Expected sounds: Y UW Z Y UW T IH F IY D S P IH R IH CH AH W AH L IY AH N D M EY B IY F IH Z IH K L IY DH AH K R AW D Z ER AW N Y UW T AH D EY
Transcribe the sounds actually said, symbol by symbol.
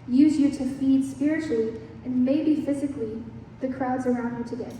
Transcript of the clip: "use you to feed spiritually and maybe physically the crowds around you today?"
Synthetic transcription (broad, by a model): Y UW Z Y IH T IH F IY D S P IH R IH CH L IY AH N M EY B IY F IH Z IH K L IY DH AH K R AW D Z ER AW N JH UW T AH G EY